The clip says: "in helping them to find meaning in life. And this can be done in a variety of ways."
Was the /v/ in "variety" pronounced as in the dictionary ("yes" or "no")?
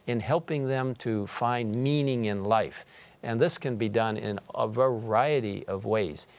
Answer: yes